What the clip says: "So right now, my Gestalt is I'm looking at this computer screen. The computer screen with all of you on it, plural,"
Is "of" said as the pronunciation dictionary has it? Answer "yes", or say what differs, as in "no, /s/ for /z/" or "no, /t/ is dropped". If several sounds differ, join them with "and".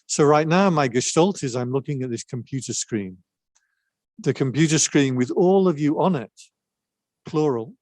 yes